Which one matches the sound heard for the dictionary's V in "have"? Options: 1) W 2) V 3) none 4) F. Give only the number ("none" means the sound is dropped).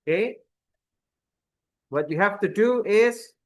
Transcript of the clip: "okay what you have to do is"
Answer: 4